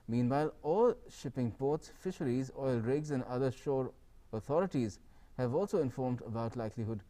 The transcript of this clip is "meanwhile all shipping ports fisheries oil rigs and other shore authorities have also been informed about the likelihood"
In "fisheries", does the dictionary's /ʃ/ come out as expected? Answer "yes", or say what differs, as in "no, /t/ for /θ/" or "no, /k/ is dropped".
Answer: yes